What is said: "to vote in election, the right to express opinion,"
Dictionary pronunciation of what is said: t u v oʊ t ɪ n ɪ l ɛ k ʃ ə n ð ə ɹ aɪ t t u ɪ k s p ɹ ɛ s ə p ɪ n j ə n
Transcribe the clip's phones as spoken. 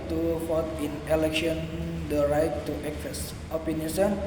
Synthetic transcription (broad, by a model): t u f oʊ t ɪ n ɪ l ɛ k ʃ ə n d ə ɹ aɪ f t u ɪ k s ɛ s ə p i n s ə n